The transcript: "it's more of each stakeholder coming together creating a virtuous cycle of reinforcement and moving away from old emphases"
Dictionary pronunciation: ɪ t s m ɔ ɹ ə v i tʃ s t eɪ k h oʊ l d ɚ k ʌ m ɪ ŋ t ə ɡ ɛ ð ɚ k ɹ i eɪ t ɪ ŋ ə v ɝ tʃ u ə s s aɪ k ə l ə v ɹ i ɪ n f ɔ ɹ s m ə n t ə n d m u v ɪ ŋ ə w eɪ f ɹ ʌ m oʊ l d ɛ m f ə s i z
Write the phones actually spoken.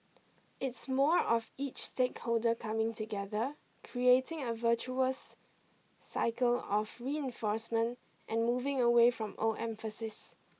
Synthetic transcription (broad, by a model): ɪ t s m ɔ ɹ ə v i tʃ s t eɪ k h oʊ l d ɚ k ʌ m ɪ ŋ t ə ɡ ɛ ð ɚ k ɹ i eɪ t ɪ ŋ ə v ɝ tʃ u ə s s aɪ k ə l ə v ɹ i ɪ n f ɔ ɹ s m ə n t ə n m u v ɪ ŋ ə w eɪ f ɹ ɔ m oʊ l ɛ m f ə s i s